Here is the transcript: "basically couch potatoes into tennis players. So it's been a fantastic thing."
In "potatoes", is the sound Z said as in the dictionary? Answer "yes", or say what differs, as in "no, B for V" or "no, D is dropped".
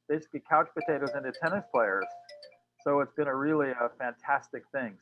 yes